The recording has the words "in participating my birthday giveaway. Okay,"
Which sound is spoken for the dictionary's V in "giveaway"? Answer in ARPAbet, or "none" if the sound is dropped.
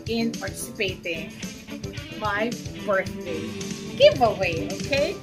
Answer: V